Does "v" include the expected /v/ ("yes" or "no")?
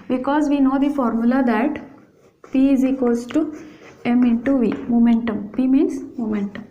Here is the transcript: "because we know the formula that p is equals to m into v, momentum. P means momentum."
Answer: yes